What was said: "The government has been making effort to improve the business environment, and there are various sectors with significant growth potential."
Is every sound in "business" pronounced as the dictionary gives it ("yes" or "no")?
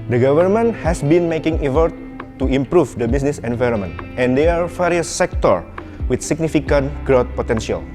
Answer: no